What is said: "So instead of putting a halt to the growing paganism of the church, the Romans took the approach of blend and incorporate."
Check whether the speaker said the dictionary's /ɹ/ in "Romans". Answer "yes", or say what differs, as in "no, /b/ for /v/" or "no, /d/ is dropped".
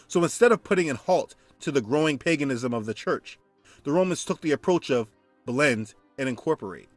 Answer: yes